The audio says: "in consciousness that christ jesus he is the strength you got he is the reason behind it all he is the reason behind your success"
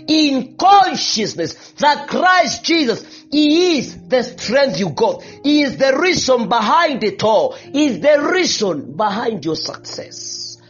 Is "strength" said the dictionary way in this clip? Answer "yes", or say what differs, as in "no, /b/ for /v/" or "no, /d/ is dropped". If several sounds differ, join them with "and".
yes